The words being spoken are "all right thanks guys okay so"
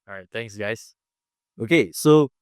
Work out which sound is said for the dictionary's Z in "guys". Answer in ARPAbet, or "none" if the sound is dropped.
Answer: S